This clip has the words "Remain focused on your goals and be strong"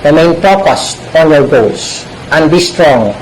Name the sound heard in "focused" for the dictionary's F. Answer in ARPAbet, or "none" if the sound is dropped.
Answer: P